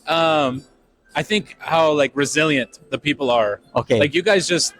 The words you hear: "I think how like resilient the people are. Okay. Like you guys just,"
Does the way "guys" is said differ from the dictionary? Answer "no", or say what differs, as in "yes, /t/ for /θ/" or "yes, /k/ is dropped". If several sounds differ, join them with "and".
no